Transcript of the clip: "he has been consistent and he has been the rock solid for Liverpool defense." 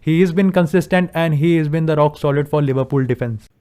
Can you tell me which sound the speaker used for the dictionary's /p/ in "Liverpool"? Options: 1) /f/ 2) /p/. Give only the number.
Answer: 2